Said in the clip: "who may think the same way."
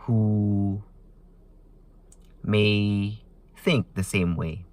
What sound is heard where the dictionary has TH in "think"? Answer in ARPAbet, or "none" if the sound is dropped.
TH